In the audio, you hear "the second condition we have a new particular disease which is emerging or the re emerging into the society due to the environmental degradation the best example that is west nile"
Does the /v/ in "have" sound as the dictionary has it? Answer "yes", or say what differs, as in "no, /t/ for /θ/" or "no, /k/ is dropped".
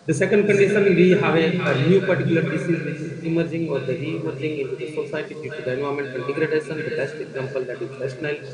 yes